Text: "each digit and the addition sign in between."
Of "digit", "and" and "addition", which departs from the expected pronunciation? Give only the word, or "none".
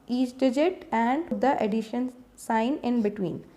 none